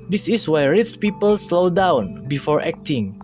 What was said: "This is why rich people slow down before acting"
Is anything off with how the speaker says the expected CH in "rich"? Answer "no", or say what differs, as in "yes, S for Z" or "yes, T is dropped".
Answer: yes, S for CH